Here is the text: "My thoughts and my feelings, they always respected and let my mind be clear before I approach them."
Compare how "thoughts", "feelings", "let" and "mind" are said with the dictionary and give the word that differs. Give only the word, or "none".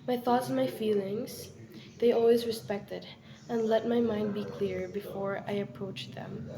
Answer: none